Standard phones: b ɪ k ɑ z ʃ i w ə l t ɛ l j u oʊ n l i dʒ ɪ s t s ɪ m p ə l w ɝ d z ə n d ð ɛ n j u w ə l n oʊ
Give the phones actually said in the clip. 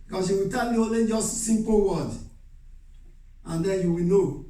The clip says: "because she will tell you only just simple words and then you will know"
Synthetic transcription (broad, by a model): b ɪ k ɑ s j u w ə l t ɛ l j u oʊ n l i dʒ ɪ s t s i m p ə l w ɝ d ə n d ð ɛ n j u w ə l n oʊ